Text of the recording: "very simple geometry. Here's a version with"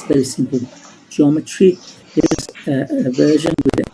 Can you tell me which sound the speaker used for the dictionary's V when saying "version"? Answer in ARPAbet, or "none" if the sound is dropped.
V